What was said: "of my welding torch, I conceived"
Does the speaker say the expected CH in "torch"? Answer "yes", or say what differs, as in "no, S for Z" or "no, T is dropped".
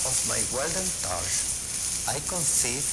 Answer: no, SH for CH